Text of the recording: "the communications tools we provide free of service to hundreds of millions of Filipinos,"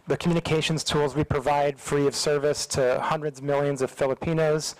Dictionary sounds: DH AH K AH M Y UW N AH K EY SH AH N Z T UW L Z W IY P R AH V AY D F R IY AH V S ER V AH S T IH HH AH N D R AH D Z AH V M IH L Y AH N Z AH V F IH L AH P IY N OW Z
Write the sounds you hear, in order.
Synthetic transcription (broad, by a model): DH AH K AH M Y UW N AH K EY SH N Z T UW L Z W IY P R AH V AY D F R IY AH V S ER V AH S T IH HH AH N D R AH D Z M IH L Y AH N Z AH V F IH L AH P IY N OW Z